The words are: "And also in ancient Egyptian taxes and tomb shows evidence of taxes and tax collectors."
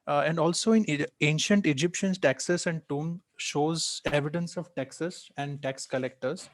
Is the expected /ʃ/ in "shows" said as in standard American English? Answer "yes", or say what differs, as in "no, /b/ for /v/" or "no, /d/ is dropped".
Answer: yes